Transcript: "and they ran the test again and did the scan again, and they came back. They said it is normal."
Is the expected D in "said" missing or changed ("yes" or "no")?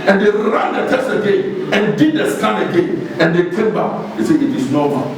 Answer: yes